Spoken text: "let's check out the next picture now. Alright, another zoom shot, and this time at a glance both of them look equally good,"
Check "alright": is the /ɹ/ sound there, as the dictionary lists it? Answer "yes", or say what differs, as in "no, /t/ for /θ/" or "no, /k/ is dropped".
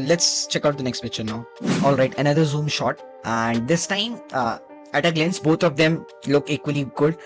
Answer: yes